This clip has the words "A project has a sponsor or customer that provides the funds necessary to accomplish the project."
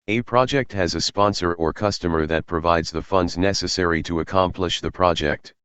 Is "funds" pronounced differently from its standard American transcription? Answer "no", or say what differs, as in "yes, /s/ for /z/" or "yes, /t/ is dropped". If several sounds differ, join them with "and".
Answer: no